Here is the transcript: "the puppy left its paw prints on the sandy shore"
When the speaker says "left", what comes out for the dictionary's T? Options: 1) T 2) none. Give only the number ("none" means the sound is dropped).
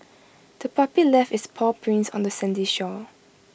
2